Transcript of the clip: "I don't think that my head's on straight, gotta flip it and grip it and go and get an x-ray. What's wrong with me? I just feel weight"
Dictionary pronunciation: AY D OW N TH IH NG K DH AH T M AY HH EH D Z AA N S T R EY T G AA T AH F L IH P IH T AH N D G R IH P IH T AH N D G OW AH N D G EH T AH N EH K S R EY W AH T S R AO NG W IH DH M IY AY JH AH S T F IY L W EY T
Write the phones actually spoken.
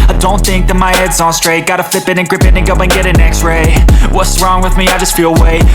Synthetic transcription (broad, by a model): AY D OW N TH IH NG K DH AH T M AY HH EH D Z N S T R EY T G AA T AH F L IH P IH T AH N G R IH P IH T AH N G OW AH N G EH T AH N EH K S R EY W AH T S R AO NG W IH DH M IY AY JH AH S T F IY L W EY